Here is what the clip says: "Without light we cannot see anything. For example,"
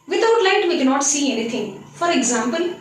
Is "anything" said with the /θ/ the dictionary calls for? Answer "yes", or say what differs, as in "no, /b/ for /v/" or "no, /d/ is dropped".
no, /t/ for /θ/